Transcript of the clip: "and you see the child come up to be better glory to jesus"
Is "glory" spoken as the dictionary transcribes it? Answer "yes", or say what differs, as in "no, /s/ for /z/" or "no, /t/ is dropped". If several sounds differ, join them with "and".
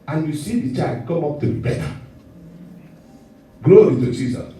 no, /ɹ/ is dropped